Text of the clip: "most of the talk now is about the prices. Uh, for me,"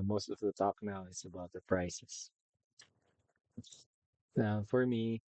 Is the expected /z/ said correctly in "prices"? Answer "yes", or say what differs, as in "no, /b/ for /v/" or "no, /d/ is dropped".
no, /s/ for /z/